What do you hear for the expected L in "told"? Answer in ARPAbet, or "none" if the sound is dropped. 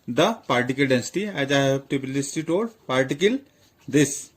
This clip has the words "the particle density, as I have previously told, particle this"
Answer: none